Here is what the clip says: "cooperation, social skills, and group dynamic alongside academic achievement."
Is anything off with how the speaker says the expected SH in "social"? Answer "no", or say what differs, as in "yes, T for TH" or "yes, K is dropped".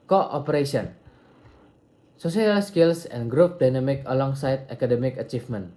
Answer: yes, S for SH